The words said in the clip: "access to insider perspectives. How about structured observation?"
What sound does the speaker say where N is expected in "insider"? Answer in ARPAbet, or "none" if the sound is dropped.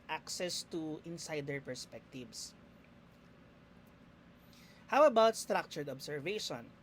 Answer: N